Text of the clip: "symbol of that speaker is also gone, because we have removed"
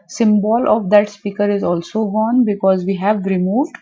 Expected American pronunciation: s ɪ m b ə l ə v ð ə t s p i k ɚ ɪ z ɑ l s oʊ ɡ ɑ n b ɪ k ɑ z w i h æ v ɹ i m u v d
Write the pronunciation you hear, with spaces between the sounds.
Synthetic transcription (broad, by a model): s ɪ m b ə l ə v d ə t s p i k ɚ ɪ z ɑ l s oʊ ɡ ɑ n b ɪ k ɑ z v i h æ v ɹ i m u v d